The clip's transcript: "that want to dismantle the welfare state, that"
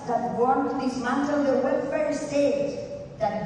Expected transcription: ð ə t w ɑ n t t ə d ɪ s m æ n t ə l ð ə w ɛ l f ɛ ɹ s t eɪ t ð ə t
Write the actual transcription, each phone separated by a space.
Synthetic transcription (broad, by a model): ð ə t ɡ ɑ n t t ə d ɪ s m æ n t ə n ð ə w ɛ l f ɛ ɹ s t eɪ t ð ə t